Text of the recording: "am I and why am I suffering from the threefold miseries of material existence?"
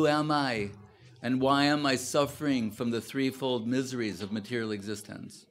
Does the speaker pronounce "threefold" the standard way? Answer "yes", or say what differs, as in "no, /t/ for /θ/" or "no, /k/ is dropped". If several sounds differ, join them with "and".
yes